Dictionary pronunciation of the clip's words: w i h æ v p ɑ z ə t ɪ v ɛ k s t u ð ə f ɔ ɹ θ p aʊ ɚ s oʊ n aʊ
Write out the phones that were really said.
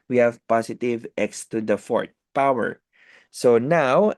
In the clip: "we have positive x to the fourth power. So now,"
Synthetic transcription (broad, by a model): w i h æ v p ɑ s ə t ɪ v ɛ k s t u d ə f ɔ ɹ t p aʊ ɚ s oʊ n aʊ